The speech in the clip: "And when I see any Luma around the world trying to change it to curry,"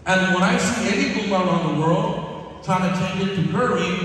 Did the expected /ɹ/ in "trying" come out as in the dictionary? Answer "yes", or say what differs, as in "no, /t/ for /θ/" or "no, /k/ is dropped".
no, /ɹ/ is dropped